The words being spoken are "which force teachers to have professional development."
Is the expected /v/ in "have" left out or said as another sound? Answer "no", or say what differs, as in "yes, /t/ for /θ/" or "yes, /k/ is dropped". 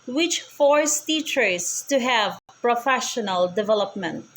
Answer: no